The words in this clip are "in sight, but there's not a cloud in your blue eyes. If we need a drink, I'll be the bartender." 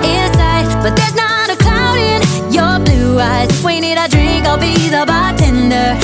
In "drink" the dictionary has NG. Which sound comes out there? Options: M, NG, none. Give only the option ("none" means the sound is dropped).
NG